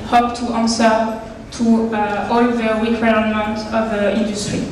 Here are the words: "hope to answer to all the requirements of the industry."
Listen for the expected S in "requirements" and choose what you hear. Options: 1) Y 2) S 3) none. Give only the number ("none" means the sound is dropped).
3